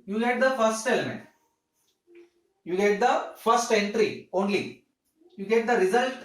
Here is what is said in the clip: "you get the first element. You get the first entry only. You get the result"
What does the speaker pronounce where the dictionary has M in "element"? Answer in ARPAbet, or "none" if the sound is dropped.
M